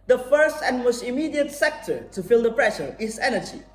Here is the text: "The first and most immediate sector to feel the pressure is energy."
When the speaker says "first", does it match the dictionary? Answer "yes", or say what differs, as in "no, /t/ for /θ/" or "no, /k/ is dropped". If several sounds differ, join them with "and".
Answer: yes